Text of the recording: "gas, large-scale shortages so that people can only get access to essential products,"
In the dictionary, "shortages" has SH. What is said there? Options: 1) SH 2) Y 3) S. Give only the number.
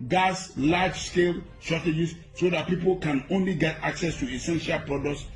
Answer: 3